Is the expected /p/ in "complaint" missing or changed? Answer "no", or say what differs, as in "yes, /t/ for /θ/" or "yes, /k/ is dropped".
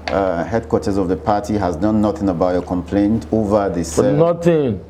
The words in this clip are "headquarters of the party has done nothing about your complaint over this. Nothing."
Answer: no